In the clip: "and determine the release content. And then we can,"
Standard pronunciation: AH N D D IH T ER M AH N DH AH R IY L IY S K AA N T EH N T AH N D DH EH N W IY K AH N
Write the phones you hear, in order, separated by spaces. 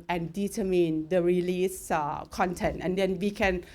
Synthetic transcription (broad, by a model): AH N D D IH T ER M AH N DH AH R IY L IY S K AA N T EH N T AH N D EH N W IY K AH N